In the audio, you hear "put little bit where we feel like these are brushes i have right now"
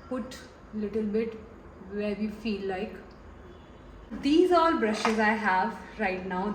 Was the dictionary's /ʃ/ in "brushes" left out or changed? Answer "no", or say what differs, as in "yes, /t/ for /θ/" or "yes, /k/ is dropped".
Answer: no